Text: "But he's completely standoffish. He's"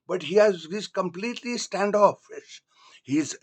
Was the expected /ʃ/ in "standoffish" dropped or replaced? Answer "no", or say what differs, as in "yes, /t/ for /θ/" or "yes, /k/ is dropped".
yes, /s/ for /ʃ/